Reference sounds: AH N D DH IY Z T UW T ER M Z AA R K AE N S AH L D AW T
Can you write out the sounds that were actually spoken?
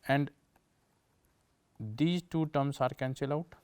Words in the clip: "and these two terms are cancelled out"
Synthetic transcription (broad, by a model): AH N D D IY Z T UW T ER M S AA R K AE N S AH L AW T